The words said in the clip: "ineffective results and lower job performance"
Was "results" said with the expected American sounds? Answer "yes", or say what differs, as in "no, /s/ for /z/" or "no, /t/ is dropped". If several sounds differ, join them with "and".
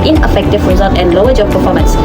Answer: no, /l/ is dropped and /s/ is dropped